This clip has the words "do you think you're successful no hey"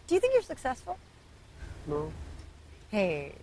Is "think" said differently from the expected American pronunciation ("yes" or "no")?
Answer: no